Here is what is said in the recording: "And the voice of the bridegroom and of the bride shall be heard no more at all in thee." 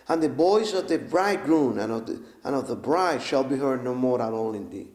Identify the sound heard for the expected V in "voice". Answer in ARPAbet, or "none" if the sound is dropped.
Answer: B